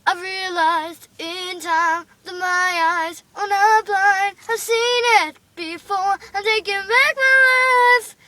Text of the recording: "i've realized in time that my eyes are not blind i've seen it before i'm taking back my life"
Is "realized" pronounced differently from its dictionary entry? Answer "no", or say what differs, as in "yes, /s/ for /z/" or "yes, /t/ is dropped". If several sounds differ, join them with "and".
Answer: no